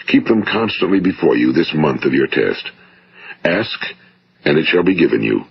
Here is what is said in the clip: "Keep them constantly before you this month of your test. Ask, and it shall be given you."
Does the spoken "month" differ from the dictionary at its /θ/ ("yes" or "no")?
no